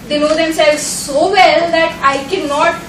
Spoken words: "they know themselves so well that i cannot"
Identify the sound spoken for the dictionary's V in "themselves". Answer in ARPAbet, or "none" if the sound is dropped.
none